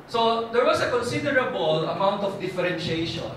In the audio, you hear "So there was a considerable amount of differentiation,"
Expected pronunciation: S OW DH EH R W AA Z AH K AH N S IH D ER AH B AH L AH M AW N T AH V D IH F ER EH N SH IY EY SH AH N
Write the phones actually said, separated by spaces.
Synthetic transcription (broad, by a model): S OW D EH R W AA S AH K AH N S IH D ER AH B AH L AH M AW N T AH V D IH F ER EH N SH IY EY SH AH N